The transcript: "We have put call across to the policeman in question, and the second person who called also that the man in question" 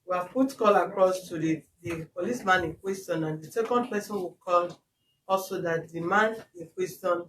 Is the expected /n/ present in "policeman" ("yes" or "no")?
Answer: yes